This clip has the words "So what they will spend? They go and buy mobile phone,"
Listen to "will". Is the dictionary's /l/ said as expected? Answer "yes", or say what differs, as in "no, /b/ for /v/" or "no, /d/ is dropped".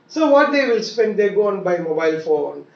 yes